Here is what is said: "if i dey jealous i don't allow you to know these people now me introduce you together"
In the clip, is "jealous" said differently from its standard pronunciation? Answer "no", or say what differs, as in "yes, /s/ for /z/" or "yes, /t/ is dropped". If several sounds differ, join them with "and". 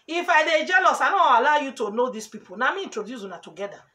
no